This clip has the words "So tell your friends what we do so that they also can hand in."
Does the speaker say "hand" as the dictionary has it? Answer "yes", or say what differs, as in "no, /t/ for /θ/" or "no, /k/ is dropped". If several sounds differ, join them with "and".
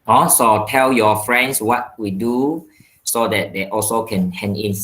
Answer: no, /d/ is dropped